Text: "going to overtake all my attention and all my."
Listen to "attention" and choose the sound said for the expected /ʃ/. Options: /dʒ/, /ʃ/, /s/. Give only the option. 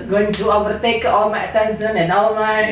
/s/